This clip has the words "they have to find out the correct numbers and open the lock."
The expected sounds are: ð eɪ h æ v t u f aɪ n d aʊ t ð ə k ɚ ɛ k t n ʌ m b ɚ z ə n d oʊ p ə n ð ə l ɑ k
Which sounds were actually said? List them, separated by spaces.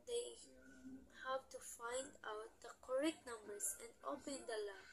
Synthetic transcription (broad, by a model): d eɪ h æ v t u f aɪ n d aʊ t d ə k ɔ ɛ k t n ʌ m b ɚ s ə n d oʊ p ə n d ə l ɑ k